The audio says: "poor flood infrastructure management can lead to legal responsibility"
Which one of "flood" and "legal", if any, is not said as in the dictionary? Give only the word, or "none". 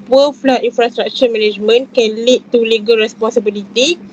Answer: flood